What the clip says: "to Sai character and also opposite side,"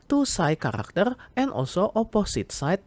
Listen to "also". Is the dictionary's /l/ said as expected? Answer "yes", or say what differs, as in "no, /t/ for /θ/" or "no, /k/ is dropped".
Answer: no, /l/ is dropped